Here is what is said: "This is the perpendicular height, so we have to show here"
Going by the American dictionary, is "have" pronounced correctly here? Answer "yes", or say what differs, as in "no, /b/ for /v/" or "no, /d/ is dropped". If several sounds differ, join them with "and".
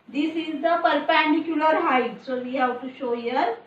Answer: no, /w/ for /v/